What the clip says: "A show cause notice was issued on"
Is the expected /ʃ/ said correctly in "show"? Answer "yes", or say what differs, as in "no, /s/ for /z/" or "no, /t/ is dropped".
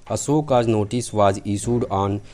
no, /s/ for /ʃ/